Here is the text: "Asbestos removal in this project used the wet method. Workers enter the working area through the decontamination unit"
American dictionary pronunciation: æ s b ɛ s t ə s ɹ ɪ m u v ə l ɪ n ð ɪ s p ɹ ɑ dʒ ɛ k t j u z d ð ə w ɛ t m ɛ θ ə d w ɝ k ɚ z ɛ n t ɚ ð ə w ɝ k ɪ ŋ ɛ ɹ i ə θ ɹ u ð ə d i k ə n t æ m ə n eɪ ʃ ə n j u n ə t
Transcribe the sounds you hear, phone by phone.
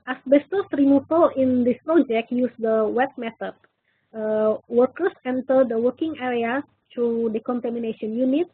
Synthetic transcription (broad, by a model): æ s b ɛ s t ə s ɹ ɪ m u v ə l ɪ n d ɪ s p ɹ ɑ dʒ ɛ k t j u s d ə w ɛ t m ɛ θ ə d w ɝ k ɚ s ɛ n t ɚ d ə w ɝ k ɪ ŋ ɛ ɹ i ə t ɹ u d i k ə n t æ m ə n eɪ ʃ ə n j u n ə t